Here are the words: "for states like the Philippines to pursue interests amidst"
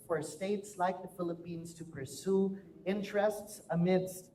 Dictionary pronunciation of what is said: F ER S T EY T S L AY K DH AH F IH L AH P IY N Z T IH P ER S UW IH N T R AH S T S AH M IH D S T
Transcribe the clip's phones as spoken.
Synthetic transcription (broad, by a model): F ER S T EY T S L AY K DH AH F IH L AH P IY N Z T IH P ER S UW IH N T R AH S T S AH M IH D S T